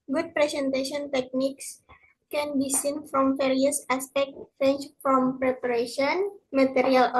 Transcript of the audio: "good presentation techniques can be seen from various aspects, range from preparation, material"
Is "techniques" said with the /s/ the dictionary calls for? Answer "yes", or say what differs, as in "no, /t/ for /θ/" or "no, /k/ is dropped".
yes